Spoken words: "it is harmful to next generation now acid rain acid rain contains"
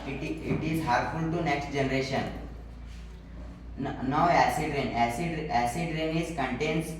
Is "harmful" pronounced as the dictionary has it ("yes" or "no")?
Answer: no